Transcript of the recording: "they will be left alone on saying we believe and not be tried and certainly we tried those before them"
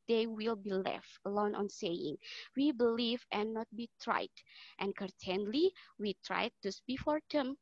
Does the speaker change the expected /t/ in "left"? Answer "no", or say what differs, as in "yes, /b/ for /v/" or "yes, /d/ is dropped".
no